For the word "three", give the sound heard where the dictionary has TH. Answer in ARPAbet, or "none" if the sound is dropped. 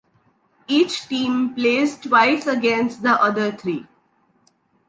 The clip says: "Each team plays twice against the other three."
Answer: T